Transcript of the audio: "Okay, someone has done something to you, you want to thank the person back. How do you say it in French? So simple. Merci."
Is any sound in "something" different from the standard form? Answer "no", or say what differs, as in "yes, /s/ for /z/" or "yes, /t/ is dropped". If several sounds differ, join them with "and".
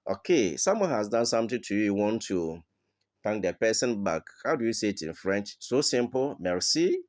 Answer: yes, /t/ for /θ/